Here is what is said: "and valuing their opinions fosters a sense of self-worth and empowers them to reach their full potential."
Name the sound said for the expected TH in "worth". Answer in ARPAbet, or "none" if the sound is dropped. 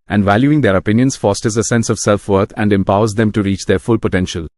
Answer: T